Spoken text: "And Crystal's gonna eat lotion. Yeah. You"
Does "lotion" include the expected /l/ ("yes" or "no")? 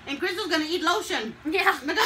yes